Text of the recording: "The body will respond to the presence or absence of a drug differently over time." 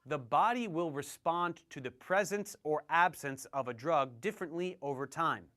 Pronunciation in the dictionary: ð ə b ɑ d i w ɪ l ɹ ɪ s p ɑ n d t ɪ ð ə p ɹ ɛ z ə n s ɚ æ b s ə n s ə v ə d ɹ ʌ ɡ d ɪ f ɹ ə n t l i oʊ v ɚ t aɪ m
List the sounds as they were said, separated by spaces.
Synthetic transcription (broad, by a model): ð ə b ɑ d i w ɪ l ɹ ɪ s p ɑ n t ɪ ð ə p ɹ ɛ z ə n s ɚ æ b s ə n s ə v ə d ɹ ʌ ɡ d ɪ f ɹ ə n t l i oʊ v ɚ t aɪ m